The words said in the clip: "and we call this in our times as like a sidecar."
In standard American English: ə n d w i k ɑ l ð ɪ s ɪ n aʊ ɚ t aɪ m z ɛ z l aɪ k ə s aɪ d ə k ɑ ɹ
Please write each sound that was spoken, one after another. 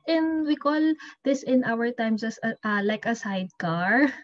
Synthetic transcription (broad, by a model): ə n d w i k ɑ l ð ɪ s ɪ n aʊ ɚ t aɪ m s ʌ s l aɪ k ə s aɪ d k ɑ ɹ